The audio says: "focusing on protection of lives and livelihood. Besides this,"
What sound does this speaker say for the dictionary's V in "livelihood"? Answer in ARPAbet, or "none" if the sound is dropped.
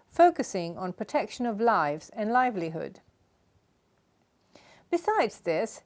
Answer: V